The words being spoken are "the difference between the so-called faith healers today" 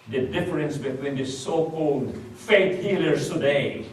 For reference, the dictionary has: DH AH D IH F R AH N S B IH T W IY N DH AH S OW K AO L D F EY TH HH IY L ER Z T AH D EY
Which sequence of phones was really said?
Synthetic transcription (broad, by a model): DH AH D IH F R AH N S B IH T W IY N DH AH S OW K AO L D F EY T HH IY L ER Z T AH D EY